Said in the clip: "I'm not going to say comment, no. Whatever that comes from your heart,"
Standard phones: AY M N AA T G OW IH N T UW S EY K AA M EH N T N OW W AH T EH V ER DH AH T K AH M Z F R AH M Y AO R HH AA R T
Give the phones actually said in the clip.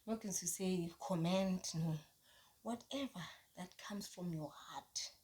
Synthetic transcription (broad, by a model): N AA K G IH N S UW S EY K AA M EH N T N OW W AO T EH V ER DH AH T K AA M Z F R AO M Y AO HH AA T